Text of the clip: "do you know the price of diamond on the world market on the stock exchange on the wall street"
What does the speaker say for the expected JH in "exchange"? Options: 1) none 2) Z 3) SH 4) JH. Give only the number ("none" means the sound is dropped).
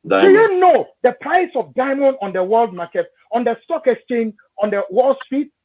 1